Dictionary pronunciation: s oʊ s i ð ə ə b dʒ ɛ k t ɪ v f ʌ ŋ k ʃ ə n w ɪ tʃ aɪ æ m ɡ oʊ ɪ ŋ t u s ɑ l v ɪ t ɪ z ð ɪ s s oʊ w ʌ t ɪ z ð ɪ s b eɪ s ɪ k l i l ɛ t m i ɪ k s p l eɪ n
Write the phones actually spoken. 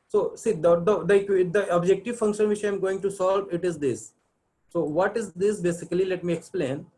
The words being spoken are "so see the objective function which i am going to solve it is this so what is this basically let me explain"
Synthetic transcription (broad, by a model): s oʊ s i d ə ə b dʒ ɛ k t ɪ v f ʌ ŋ k ʃ ə n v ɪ tʃ aɪ m ɡ oʊ ɪ ŋ t u s ɑ l v ɪ t ɪ z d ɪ s s oʊ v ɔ t ɪ z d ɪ s b eɪ s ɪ k l i l ɛ t m i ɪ k s p l eɪ n